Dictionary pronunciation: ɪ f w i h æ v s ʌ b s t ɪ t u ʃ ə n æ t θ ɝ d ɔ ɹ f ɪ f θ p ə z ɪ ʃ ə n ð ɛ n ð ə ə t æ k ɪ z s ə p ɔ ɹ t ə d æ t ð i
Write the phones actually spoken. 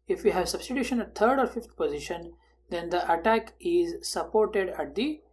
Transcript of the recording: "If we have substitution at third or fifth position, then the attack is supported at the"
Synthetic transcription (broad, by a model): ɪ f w i h æ v s ʌ b s t ɪ t u ʃ ə n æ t t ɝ d ɔ ɹ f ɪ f t p ə z ɪ ʃ ə n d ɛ n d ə ə t æ k ɪ z s ə p ɔ ɹ t ə d æ t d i